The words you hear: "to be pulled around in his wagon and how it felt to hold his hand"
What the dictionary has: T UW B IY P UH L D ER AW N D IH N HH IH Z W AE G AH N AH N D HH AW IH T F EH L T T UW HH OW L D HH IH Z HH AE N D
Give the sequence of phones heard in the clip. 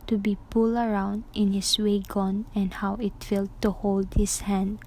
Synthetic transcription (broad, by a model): T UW B IY P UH L ER AW N D IH N HH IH S W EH G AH N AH N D HH AW IH T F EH L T T UW HH OW L D HH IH S HH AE N D